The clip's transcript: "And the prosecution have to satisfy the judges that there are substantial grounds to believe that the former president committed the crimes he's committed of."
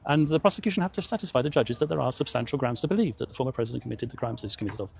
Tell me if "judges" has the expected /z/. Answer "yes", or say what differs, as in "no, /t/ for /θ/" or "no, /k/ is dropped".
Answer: yes